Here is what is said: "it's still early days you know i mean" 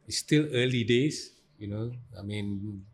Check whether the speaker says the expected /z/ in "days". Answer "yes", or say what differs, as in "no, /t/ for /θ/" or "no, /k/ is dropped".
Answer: no, /s/ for /z/